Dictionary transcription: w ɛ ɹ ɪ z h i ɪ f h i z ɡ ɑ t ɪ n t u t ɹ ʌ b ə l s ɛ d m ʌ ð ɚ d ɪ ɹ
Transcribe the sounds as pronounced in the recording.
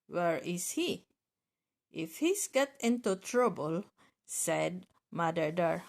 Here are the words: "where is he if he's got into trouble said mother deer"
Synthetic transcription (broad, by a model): w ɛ ɹ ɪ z h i ɪ f h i s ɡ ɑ t ɪ n t u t ɹ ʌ b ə l s ɛ d m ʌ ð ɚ d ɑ ɹ